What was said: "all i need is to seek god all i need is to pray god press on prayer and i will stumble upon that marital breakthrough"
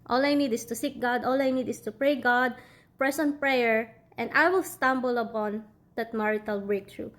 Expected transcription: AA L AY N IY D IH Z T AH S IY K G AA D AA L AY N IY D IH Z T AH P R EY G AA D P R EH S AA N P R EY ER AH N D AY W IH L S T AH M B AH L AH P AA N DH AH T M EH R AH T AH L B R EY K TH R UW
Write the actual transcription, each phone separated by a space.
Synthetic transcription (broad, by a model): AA L AY N IY D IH S T AH S IY K G AA D AA L AY N IY D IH S T AH P R EY G AA D P R EH S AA N P R EY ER AH N D AY W IH L S T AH M B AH L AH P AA N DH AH T M EH R AH T AH L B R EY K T R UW